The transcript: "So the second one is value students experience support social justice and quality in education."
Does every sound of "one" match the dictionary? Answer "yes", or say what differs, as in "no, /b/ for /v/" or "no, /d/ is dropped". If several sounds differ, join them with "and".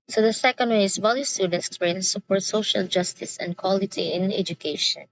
no, /n/ is dropped